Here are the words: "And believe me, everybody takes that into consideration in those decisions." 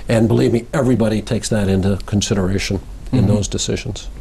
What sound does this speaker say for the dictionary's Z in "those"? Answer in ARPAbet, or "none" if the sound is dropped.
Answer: Z